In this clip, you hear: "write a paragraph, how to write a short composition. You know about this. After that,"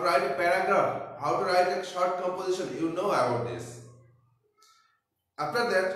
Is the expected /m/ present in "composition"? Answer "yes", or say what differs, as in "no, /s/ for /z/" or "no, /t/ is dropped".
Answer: yes